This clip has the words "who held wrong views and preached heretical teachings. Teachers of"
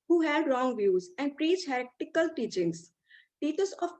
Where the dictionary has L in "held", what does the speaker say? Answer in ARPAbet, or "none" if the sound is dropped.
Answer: none